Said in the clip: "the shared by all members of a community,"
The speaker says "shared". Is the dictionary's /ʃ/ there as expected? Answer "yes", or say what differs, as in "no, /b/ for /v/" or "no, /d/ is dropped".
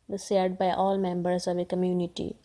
no, /s/ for /ʃ/